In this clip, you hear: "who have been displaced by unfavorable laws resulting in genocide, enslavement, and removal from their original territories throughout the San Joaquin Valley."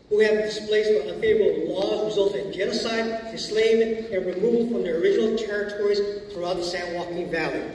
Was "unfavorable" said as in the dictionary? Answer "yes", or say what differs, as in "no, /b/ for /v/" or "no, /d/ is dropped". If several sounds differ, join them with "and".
no, /n/ is dropped